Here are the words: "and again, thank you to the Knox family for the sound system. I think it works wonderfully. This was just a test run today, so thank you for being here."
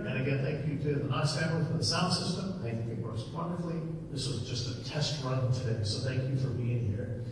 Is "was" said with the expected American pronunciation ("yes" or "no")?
yes